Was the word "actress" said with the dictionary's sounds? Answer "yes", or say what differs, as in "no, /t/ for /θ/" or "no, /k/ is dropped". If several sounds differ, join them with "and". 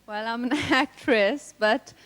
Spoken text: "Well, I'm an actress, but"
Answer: yes